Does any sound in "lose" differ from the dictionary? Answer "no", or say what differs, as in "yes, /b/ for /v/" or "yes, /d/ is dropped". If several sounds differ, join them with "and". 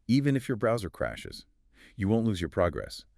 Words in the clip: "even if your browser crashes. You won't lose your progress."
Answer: no